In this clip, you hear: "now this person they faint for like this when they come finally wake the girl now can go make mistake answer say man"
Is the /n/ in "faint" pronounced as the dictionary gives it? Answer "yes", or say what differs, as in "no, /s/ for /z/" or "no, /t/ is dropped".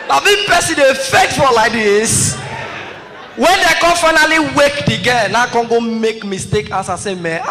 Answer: no, /n/ is dropped